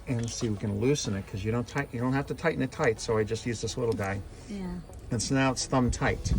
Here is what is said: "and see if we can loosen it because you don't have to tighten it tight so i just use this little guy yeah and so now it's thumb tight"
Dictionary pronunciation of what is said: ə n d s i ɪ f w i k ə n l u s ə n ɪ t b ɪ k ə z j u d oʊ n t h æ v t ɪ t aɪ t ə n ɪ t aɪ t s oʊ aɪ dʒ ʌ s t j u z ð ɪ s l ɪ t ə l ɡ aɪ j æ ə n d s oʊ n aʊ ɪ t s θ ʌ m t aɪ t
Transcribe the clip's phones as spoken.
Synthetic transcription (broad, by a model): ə n s i w i k ə n l u s ə n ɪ t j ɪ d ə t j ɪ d oʊ n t h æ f t ɪ t aɪ t n ɪ t aɪ t s oʊ aɪ dʒ ʌ s t j u z ð ɪ s l ɪ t l ɡ aɪ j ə n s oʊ n aʊ ɪ t s θ ʌ m t aɪ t